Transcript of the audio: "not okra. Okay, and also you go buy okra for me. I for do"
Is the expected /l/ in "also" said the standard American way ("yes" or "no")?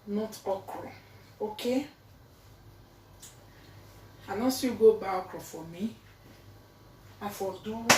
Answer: no